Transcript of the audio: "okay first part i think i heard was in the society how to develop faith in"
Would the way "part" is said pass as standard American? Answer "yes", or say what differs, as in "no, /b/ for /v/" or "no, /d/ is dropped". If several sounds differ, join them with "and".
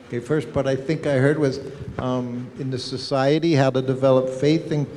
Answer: no, /b/ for /p/